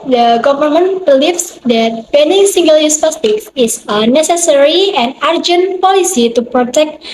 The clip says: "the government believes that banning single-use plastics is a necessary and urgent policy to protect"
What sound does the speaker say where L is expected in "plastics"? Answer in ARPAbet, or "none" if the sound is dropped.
none